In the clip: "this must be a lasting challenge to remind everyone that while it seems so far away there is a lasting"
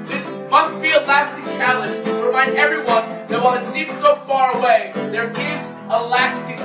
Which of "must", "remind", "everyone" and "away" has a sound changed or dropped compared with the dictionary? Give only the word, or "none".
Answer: remind